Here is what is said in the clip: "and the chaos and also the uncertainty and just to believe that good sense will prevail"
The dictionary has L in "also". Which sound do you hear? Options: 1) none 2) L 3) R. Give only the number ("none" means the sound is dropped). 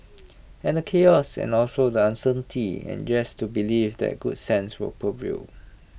2